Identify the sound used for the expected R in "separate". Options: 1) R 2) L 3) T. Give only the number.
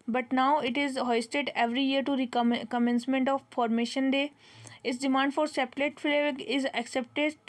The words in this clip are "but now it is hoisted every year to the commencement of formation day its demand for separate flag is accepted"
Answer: 2